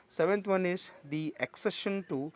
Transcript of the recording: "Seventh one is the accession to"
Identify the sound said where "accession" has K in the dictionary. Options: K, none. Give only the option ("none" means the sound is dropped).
K